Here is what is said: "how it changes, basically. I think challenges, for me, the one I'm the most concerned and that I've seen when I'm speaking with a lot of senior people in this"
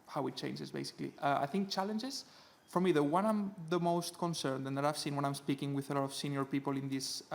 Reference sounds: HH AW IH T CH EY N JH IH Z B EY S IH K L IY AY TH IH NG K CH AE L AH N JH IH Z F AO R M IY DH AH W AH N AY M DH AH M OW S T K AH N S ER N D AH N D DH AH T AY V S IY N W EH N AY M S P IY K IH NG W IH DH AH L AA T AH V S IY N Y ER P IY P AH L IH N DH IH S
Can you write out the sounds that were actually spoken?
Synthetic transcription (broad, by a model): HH AW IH T CH EY N JH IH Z B EY S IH K L IY AY TH IH NG K CH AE L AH N JH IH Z F AO R M IY DH AH W AH N AY M DH AH M OW S T K AH N S ER N D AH N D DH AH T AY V S IY N W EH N AY M S P IY K IH NG W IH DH AH L AA T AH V S IY N Y ER P IY P AH L IH N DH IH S